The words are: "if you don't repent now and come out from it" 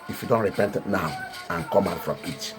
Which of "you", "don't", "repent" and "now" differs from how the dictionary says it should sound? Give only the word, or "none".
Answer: none